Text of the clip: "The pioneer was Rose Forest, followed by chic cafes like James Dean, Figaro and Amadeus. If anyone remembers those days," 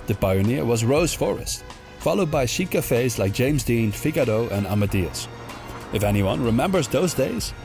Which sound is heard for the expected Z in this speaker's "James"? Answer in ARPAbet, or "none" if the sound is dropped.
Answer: Z